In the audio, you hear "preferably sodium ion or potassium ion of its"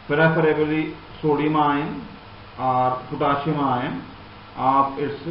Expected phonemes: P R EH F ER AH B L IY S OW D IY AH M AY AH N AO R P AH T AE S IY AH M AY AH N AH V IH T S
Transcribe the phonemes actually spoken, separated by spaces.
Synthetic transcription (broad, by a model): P R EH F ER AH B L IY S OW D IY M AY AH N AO R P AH T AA SH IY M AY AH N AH P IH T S